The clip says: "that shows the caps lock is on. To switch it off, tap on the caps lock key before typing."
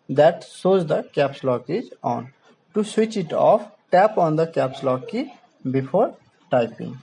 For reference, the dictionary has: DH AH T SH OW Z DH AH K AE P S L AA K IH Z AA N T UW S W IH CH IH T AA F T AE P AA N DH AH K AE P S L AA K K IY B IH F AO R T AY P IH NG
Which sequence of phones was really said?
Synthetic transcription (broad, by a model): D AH T S OW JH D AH K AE P S L AA K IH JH AA N T UW S W IH CH IH T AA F T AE P AA N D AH K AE P S L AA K K IY B IH F AO R T AY P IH NG